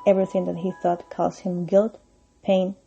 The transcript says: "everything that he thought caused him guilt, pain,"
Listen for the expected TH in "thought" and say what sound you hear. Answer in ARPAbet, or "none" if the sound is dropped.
TH